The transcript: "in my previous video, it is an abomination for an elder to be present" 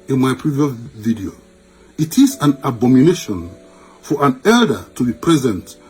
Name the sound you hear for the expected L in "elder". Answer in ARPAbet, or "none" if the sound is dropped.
L